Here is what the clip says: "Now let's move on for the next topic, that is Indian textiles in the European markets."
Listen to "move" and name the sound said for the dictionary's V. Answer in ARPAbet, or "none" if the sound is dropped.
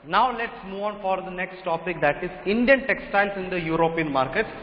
none